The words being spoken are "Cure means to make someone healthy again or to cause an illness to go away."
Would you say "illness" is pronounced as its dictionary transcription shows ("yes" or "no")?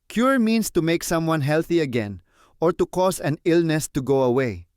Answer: yes